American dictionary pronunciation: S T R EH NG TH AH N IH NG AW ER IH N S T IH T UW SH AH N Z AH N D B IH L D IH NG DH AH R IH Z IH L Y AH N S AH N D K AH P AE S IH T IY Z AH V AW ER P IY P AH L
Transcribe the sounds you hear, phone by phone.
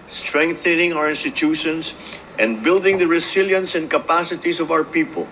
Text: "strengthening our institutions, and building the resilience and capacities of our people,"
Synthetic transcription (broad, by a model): S T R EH NG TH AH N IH NG AW ER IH N S T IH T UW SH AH N S AH N D B IH L D IH NG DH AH R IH S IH L Y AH N S AH N D K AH P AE S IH T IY S AH V AW ER P IY P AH L